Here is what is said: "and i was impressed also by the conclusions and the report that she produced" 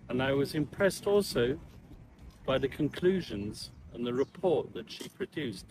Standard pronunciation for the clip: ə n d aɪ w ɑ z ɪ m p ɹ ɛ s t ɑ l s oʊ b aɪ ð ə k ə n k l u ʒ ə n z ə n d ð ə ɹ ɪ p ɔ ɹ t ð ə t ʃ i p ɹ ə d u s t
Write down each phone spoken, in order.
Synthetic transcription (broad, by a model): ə n aɪ w ɑ z ɪ m p ɹ ɛ s t ɑ l s oʊ b aɪ ð ə k ə n k l u ʒ ə n z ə n ð ə ɹ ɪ p ɔ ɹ t ð ə t ʃ i p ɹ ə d u s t